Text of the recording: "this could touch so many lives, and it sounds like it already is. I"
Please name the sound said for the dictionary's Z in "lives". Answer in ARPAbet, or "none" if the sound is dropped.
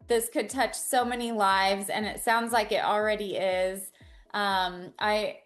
Z